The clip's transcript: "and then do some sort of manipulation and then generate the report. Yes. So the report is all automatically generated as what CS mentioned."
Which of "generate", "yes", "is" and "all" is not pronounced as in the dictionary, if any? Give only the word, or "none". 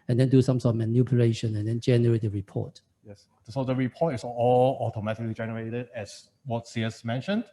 is